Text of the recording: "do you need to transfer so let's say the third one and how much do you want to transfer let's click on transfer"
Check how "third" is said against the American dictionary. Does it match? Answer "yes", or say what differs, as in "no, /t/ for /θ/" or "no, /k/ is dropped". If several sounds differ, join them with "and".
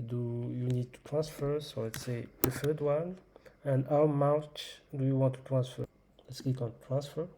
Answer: no, /f/ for /θ/